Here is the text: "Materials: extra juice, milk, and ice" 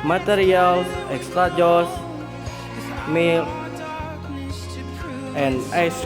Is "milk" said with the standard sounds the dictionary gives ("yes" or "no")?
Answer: no